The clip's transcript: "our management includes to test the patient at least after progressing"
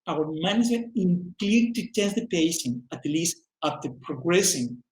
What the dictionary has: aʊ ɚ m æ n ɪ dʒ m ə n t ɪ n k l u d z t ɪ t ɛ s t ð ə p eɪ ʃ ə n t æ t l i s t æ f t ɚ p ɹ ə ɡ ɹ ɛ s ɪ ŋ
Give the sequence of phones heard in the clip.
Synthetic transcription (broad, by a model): aʊ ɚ m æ n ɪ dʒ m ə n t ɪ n k l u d t ɪ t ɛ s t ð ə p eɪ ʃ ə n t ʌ l i s t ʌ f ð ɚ p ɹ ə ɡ ɹ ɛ s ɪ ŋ